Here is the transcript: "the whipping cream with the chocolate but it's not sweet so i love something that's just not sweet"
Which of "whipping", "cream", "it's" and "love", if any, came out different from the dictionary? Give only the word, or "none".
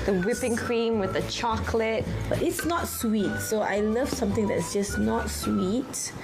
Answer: none